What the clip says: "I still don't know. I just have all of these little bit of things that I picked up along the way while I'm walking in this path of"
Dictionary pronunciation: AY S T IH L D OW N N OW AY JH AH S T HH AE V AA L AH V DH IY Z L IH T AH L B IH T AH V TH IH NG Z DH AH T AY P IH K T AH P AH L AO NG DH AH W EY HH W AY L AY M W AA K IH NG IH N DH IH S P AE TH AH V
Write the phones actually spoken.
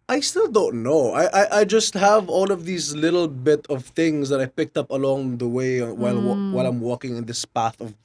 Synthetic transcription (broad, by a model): AY S T IH L D OW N N OW AY JH AH S T HH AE V AA L AH V DH IY Z L IH T L B IH T AH V TH IH NG Z DH AH T AY P IH K T AH P AH L AO NG DH AH W EY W W AY L AY M W AA K IH NG IH N DH IH S P AE TH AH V